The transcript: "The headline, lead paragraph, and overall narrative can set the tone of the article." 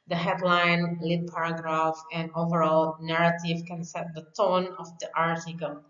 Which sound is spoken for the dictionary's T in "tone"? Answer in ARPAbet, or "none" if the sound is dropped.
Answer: T